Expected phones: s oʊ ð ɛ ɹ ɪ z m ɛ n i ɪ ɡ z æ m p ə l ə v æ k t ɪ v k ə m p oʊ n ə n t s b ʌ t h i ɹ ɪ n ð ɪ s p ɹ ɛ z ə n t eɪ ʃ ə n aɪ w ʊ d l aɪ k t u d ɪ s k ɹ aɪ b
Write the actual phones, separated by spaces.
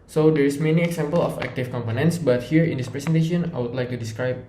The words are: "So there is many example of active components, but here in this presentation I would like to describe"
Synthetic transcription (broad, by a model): s oʊ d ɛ ɹ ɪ s m ɛ n i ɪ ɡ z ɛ m p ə l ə f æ k t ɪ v k ə m p oʊ n ə n t s b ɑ t h i ɹ ɪ n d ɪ s p ɹ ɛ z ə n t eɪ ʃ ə n aɪ w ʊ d l aɪ k t u d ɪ s k ɹ aɪ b